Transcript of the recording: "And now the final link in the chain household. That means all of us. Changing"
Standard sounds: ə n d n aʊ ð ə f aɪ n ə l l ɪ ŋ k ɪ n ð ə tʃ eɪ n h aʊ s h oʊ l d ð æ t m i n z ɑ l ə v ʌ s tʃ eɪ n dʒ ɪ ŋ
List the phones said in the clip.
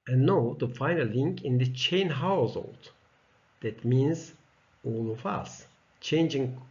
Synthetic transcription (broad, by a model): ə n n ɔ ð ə f aɪ n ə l l ɪ ŋ k ɪ n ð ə tʃ eɪ n h aʊ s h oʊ l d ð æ t m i n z ɑ l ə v ʌ s tʃ eɪ n dʒ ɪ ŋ